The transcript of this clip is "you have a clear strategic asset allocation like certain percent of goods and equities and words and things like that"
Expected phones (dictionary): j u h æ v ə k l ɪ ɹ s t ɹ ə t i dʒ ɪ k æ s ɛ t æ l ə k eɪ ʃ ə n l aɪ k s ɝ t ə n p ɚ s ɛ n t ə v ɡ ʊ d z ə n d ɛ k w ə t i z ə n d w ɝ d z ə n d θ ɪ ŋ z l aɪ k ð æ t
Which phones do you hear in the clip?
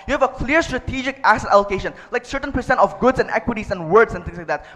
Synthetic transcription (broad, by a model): j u h æ v ə k l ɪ ɹ s t ɹ ə t i dʒ ɪ k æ s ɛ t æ l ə k eɪ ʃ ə n l aɪ k s ɝ t ə n p ɚ s ɛ n t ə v ɡ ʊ d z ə n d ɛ k w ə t i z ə n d w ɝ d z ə n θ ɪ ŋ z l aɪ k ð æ t